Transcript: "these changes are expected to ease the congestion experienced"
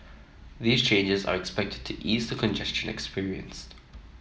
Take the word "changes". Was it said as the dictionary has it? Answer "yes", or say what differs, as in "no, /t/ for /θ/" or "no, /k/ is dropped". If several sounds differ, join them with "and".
yes